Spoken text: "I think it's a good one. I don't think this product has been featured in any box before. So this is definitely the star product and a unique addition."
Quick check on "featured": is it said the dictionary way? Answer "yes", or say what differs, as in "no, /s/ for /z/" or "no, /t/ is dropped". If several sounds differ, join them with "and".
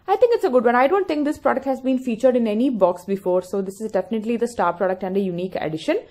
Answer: yes